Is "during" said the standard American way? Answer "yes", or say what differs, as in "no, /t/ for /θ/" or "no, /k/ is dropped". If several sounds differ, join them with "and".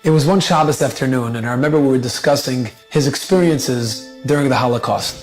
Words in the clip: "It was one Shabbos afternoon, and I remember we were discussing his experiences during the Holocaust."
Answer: yes